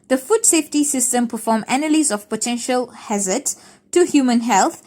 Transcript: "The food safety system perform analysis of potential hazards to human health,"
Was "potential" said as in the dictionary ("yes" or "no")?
yes